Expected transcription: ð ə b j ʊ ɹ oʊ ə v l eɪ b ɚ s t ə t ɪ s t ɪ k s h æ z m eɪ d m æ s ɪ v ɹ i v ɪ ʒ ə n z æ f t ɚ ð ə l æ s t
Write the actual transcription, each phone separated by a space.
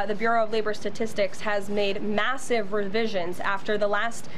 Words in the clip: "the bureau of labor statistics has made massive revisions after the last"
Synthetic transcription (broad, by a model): ð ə b j ʊ ɹ oʊ ə v l eɪ b ɚ s t ə t ɪ s t ɪ k s h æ z m eɪ d m æ s ɪ v ɹ i v ɪ ʒ ə n z æ f t ɚ ð ə l æ s t